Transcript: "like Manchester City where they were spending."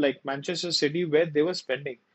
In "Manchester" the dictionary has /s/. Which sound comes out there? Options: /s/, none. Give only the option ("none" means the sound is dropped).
/s/